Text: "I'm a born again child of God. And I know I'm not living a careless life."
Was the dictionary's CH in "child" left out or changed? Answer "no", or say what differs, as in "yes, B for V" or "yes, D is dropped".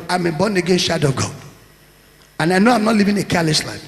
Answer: yes, SH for CH